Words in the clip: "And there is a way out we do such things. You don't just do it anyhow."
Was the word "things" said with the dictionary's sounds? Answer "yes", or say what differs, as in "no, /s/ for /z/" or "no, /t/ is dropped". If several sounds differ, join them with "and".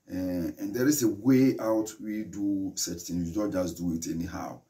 no, /z/ is dropped